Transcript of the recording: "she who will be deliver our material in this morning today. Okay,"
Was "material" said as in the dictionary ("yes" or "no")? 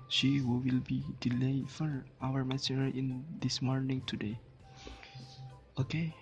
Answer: no